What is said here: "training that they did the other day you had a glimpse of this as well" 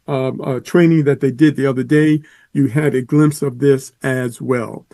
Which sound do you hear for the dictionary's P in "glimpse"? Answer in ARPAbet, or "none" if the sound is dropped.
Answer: P